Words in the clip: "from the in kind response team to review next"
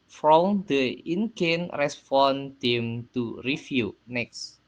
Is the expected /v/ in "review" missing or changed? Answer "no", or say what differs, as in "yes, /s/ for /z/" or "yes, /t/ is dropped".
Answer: yes, /f/ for /v/